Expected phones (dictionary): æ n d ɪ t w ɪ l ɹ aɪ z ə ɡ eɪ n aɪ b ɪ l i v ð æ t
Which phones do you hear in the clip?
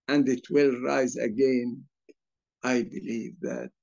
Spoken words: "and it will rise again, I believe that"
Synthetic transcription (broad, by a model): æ n d ɪ t w ɪ l ɹ aɪ z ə ɡ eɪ n aɪ b ɪ l i v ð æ t